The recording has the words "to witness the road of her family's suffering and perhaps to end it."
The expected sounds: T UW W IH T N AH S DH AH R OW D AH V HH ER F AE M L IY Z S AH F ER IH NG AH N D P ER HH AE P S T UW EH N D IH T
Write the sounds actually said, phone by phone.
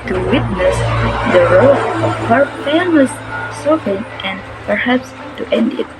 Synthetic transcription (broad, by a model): T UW W IH T N AH S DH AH R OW AH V HH ER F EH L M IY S S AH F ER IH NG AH N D P ER HH AE P S T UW EH N D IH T